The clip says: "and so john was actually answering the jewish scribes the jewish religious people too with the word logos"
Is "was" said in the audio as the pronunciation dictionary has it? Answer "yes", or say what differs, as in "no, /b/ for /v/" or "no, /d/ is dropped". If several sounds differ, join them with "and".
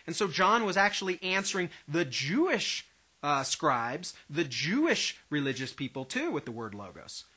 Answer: yes